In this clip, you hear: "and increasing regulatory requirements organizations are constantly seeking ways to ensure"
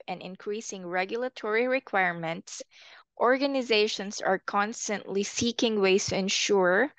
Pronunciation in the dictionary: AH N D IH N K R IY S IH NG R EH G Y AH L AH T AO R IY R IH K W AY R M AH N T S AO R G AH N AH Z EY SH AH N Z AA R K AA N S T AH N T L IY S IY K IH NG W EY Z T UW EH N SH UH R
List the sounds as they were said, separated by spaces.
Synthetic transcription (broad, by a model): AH N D IH N K R IY S IH NG R EH G Y AH L AH T AO R IY R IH K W AY R M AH N T S AO R G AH N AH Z EY SH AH N S AA R K AA N S T AH N T L IY S IY K IH NG W EY S T UW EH N SH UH R